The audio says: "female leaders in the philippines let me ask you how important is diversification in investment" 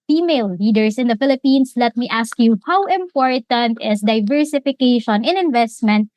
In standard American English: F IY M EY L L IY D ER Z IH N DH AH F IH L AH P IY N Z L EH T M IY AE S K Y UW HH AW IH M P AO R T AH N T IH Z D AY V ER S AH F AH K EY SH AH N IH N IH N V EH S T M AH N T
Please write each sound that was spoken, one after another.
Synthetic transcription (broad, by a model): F IY M EY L L IY D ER S IH N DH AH F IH L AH P IY N S L EH T M IY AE S K Y UW HH AW IH M P AO R T AH N T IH S D AY V ER S AH F AH K EY SH AH N IH N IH N V EH S T M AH N T